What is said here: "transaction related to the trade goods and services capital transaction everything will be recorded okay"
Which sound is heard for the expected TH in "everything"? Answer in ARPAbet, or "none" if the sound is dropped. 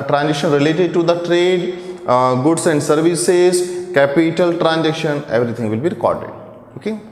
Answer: T